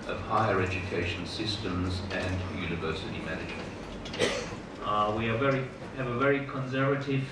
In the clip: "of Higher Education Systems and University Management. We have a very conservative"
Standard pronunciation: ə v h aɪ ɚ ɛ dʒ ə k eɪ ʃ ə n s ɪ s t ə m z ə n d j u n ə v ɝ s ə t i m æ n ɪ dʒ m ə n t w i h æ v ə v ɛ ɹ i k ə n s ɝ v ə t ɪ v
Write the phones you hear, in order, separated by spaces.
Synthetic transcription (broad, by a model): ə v h aɪ ɚ ɛ dʒ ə k eɪ ʃ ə n s ɪ s t ə m z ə n j u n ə v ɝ s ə t i m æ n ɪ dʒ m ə n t w i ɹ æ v ə v ɛ ɹ i k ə n s ɝ v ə t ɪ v